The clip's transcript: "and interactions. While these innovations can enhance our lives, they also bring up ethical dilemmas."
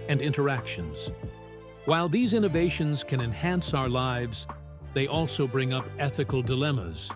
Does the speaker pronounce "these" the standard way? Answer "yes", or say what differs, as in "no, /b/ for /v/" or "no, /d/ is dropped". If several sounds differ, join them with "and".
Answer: yes